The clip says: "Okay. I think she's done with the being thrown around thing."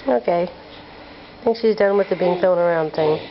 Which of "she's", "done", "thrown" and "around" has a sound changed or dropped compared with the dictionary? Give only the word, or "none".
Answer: thrown